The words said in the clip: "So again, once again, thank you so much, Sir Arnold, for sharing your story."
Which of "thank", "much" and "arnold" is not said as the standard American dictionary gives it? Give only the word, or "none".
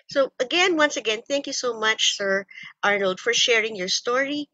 none